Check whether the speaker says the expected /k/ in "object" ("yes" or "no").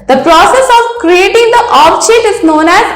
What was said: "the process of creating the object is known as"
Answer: no